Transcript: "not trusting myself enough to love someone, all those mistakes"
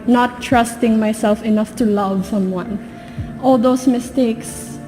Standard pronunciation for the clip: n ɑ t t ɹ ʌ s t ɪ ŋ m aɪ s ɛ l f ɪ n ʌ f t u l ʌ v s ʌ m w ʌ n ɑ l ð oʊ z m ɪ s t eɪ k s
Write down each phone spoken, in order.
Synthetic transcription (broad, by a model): n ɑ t t ɹ ʌ s t ɪ ŋ m aɪ s ɛ l f ɪ n ʌ f t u l ʌ v s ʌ m w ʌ n ɑ l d oʊ s m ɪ s t eɪ k s